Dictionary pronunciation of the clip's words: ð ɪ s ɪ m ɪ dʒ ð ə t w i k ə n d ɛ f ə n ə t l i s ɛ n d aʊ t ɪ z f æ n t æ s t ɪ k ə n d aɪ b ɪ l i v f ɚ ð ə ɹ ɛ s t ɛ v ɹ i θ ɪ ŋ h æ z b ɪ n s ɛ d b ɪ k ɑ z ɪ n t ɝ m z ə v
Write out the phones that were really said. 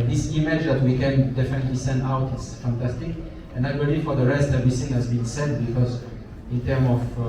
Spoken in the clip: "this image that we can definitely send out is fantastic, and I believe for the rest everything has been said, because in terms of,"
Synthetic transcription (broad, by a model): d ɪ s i m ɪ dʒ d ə t w i k ə n d ɛ f ə n ə t l i s ɛ n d aʊ t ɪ s f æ n t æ s t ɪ k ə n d aɪ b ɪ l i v f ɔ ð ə ɹ ɛ s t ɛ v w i s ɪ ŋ h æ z b ɪ n s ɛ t b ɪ k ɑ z ɪ n t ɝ m ə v